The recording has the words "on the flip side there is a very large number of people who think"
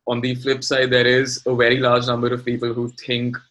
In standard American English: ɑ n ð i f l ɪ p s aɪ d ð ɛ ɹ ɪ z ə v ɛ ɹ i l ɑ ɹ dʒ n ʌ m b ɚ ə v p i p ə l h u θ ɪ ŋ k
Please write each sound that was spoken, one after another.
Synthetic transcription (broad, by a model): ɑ n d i f l ɪ p s aɪ d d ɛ ɹ ɪ z ə v ɛ ɹ i l ɑ ɹ dʒ n ʌ m b ɚ ə v p i p ə l h u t ɪ ŋ k